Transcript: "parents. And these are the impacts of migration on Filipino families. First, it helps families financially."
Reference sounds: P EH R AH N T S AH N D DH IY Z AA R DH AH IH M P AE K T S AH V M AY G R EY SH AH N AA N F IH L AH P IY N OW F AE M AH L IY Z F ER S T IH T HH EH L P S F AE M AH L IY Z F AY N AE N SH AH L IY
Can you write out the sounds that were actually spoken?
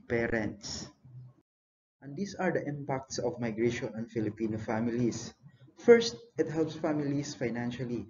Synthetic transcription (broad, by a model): P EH R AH N T S AH N D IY S AA R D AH IH M P AE K T S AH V M AY G R EY SH AH N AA N F IH L AH P IY N OW F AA M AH L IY S F ER S T IH T HH EH L P S F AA M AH L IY S F AY N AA N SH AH L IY